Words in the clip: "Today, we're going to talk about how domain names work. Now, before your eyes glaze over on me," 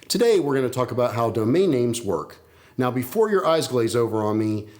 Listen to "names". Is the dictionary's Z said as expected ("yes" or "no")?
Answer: yes